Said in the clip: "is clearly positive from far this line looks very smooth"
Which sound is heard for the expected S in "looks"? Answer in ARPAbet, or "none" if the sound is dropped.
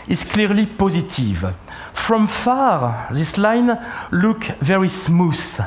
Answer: none